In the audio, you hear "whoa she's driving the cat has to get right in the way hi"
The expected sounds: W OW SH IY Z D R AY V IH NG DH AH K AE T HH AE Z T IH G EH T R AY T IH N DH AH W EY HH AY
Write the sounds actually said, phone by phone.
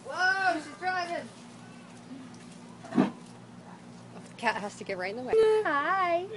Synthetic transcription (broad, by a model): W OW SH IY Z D R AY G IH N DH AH K AE T HH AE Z T IH G EH T R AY IH N DH AH W EY HH AY